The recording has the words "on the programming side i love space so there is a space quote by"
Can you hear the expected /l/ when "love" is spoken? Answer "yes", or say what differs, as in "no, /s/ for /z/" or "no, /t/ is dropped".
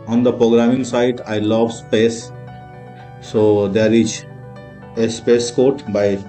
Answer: yes